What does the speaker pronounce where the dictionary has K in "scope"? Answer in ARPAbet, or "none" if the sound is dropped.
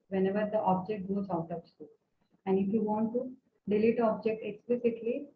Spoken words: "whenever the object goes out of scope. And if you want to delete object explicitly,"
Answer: none